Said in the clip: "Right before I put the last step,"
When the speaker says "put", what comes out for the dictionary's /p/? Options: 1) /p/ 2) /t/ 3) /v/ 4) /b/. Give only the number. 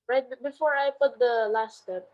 1